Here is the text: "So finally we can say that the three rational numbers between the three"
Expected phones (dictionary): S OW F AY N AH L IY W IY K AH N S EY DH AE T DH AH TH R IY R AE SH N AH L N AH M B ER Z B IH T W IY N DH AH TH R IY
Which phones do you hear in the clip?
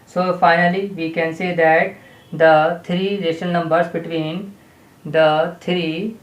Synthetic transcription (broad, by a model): S OW F AY N AH L IY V IY K AH N S EY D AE T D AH T R IY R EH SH AH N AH M B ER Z B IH T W IY N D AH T R IY